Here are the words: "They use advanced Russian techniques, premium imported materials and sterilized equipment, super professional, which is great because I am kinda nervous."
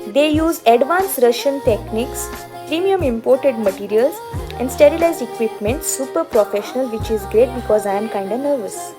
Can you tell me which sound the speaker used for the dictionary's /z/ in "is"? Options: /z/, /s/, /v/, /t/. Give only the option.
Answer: /z/